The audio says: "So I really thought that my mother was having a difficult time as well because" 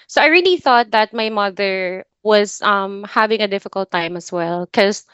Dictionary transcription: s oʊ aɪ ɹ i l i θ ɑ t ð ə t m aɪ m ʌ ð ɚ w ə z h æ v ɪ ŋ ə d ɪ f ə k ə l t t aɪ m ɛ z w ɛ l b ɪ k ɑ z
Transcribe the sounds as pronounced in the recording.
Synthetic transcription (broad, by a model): s oʊ aɪ ɹ i l i θ ɑ t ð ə t m aɪ m ʌ ð ɚ w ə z h æ v ɪ ŋ ə d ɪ f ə k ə l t t aɪ m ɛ s w ɛ l k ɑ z